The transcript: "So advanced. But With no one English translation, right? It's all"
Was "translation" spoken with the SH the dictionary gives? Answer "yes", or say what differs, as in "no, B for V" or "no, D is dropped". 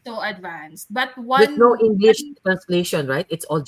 yes